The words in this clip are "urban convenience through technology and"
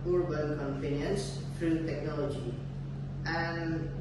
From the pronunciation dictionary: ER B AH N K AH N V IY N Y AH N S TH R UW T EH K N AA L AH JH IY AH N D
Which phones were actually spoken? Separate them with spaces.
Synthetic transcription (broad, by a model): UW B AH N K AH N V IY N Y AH N S F R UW T EH K N AA L AH JH IY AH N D